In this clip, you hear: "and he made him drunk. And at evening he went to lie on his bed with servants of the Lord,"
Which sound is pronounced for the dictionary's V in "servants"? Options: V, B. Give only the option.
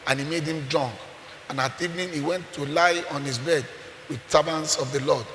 B